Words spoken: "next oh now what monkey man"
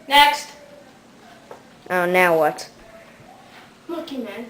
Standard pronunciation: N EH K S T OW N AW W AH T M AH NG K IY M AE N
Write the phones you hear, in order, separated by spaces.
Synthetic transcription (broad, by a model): N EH K S T OW N AW W AH T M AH K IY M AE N